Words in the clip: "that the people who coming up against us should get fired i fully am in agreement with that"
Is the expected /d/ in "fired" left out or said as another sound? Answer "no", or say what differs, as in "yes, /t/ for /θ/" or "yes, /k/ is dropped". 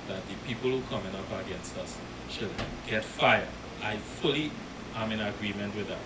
yes, /d/ is dropped